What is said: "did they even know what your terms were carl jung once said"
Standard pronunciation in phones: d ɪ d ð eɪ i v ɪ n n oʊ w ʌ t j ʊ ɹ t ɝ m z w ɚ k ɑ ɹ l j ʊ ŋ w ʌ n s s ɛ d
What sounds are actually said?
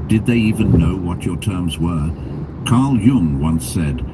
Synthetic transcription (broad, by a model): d ɪ d ð eɪ i v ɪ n n oʊ w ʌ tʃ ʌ ɹ t ɝ m z w ɚ k ɑ ɹ l j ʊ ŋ w ʌ n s s ɛ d